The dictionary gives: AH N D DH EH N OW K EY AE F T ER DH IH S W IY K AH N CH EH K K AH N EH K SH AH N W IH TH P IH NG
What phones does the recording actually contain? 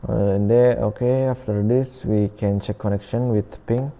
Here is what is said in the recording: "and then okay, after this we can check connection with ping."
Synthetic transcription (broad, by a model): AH N D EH OW K EY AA F T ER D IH S W IY K AH N CH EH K K AH N EH K SH AH N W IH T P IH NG